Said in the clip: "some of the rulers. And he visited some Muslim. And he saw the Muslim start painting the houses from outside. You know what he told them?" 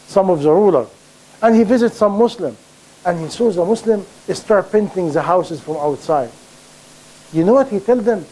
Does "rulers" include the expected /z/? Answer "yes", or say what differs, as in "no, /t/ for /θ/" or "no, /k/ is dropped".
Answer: no, /z/ is dropped